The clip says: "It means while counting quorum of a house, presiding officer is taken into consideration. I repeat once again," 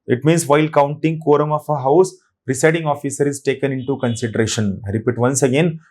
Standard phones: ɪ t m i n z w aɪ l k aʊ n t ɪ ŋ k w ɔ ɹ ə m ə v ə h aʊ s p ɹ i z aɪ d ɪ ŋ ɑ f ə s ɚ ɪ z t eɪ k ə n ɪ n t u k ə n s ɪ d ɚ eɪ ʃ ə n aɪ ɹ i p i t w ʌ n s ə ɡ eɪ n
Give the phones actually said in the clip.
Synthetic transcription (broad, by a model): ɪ t m i n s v aɪ l k aʊ n t ɪ ŋ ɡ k ɔ ɹ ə m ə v ə h aʊ s p ɹ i s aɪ d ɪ ŋ ɑ f ə s ɚ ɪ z t eɪ k ə n ɪ n t u k ə n s ɪ d ɚ eɪ ʃ ə n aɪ ɹ i p i t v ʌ n s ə ɡ eɪ n